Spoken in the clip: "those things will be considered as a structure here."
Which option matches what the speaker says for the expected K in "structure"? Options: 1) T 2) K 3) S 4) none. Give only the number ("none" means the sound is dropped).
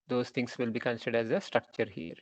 2